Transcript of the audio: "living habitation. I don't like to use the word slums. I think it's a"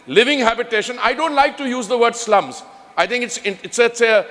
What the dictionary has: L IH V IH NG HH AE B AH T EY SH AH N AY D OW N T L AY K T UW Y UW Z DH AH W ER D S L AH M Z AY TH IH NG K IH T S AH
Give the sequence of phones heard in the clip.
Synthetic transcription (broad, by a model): L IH V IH NG HH AE B AH T EY SH AH N AY D OW N T L AY K T UW Y UW Z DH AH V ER D S L AH M Z AY T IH NG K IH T S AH